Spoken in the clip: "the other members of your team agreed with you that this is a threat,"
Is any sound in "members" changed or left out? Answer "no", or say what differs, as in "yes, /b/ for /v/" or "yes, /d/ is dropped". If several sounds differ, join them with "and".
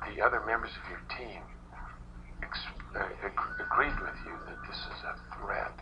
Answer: no